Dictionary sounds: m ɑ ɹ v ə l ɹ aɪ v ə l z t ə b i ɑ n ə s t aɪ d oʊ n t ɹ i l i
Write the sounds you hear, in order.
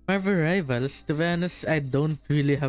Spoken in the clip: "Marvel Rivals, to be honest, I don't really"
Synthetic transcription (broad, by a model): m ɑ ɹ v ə ɹ aɪ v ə l s t ə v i n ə s aɪ d oʊ n t ɹ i l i